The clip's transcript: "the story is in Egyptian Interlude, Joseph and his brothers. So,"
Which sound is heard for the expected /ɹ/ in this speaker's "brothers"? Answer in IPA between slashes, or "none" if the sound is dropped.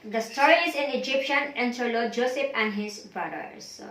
none